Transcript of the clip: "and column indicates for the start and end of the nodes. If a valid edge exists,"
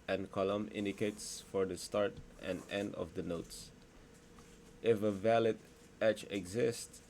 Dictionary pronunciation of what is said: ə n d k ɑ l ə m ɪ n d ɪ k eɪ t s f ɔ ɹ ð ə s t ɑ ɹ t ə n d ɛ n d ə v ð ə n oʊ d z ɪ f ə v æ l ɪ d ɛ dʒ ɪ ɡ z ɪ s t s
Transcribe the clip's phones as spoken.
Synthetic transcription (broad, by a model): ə n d k ɑ l ə m ɪ n d ɪ k eɪ t s f ɔ ɹ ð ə s t ɑ ɹ t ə n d ɛ n d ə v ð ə n oʊ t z ɪ f ə v æ l ɪ d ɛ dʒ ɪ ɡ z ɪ s t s